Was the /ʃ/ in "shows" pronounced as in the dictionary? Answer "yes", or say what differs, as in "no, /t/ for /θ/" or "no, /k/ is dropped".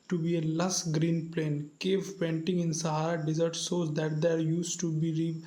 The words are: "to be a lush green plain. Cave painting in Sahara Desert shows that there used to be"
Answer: no, /s/ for /ʃ/